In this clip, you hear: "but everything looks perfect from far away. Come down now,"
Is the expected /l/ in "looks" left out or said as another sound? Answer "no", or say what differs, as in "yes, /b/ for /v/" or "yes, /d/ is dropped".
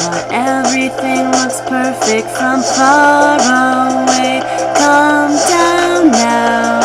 yes, /w/ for /l/